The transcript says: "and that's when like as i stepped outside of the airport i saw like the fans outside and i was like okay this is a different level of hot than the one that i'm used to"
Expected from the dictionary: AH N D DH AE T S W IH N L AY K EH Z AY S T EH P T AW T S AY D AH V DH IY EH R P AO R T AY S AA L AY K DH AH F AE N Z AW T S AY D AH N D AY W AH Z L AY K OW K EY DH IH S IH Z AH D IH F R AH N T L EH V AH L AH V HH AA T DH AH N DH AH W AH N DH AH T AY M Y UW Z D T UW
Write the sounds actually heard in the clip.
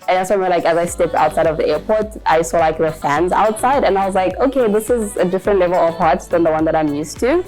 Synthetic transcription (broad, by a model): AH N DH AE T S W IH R L AY K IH Z AY S T EH P T AW T S AY D AH V DH IY EH R P AO R T AY S AA L AY K DH AH F AE N Z AW T S AY D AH N AY W AH Z L AY K OW K EY DH IH S IH Z AH D IH F R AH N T L EH V AH L AH V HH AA T DH AH N DH AH W AH N DH AH T AY M Y UW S T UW